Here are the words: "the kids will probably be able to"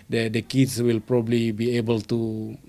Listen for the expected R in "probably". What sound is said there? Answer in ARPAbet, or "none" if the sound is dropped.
R